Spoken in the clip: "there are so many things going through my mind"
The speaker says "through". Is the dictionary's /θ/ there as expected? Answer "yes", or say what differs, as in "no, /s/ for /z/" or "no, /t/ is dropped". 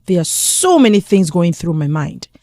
yes